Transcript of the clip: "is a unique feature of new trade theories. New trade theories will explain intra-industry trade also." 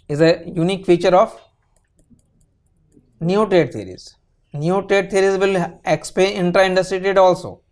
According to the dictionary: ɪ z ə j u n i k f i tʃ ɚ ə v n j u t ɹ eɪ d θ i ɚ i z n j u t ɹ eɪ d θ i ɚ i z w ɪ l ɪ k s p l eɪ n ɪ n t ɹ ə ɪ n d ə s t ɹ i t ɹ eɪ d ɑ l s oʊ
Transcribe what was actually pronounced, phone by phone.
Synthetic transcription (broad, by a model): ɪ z ə j u n i k f i tʃ ɚ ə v n j u t ɹ eɪ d t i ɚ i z n j u t ɹ eɪ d t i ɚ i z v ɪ l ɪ k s p eɪ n ɪ n t ɹ ə ɪ n d ə s t ɹ i t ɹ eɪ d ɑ l s oʊ